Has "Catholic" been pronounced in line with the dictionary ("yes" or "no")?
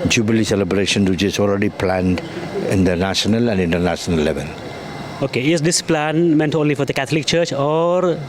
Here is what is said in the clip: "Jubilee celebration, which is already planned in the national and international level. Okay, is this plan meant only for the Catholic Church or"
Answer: no